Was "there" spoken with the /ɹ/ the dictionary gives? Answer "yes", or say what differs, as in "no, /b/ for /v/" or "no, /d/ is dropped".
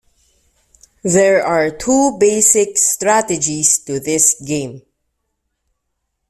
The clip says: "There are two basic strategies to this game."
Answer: yes